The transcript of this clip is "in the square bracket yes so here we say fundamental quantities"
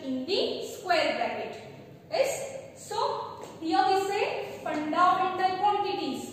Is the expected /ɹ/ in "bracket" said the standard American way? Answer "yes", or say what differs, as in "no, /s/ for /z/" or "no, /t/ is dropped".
no, /ɹ/ is dropped